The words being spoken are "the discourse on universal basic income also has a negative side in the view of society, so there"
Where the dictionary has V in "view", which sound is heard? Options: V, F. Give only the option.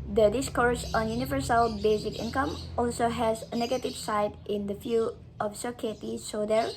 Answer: F